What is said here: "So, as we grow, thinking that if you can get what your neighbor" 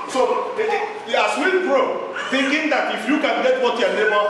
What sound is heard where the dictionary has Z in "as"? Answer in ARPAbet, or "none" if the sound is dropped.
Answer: S